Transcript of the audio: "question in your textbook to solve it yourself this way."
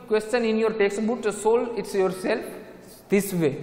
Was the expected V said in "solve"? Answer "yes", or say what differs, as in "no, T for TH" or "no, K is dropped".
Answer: no, V is dropped